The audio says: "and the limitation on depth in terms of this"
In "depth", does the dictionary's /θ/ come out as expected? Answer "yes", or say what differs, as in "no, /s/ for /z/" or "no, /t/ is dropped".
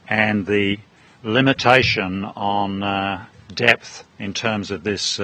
yes